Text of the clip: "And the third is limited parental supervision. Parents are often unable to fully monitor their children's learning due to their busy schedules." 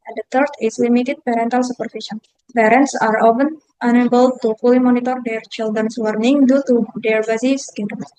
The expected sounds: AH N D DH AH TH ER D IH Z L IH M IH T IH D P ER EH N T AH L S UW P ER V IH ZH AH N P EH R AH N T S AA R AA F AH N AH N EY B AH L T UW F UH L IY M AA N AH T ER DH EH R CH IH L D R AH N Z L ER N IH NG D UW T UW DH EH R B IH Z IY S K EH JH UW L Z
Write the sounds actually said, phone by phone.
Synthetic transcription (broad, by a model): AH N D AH T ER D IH S L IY M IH T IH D P ER EH N T AH L S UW P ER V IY SH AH N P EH R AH N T S AA R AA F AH N AH N EY B AH L T UW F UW L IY M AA N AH T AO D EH R CH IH L D R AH N S L ER N IH NG D UW T UW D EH R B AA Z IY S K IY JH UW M